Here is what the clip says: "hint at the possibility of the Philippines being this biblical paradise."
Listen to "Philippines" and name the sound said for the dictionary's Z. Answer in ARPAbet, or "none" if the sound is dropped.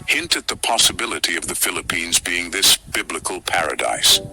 Z